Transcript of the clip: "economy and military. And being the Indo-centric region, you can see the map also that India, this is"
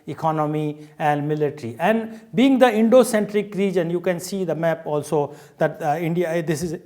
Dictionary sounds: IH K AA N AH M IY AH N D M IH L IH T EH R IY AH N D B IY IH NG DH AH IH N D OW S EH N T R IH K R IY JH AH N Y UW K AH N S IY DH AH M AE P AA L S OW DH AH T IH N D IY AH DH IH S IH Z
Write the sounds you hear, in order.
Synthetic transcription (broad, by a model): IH K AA N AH M IY AH N D M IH L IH T R IY AH N D B IY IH NG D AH IH N D OW S EH N T R IH K R IY JH AH N Y UW K AH N S IY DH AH M AE P AA L S OW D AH T IH N D IY AH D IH S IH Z